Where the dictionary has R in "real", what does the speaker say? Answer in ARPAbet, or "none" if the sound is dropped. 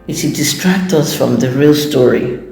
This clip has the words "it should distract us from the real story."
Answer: R